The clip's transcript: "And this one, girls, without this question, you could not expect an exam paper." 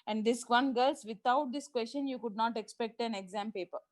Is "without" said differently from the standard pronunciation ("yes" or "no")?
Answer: yes